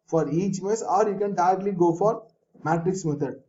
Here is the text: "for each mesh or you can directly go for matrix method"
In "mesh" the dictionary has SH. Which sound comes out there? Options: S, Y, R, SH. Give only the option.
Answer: S